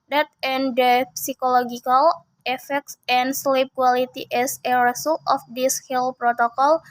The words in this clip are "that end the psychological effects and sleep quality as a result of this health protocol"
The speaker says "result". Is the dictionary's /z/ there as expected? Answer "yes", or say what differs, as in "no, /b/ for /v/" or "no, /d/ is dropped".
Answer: no, /s/ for /z/